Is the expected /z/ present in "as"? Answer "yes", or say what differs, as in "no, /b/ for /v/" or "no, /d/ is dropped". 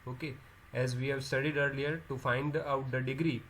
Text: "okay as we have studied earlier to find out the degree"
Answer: yes